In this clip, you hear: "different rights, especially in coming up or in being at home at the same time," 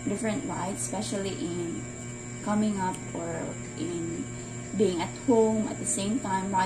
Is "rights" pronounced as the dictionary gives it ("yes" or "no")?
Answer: no